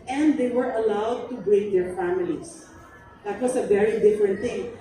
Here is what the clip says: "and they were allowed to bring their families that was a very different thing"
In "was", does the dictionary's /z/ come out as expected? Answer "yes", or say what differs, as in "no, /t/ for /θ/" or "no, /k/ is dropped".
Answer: no, /s/ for /z/